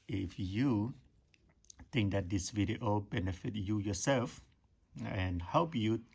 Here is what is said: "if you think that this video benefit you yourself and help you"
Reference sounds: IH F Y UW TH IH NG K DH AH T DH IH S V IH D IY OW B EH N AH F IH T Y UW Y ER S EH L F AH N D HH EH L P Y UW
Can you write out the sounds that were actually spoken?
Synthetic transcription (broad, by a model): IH F Y UW T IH NG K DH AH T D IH S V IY D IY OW B EH N AH F IH T Y UW Y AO S EH L F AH N HH EH L P Y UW